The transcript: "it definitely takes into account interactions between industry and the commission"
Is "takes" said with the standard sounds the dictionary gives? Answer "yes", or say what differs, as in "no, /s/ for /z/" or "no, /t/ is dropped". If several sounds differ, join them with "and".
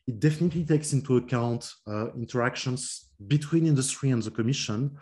yes